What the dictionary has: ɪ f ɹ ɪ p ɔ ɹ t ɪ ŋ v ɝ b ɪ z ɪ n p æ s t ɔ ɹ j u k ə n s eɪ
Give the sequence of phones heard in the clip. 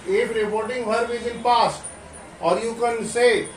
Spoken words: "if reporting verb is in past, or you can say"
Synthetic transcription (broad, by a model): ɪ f ɹ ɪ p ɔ ɹ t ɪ ŋ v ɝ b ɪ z ɪ n p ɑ s t ɔ ɹ j u k ə n s eɪ